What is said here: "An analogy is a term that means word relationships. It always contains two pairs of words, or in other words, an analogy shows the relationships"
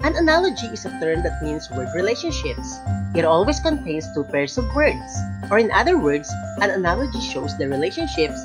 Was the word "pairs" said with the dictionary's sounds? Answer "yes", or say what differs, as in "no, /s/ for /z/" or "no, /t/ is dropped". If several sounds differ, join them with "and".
no, /s/ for /z/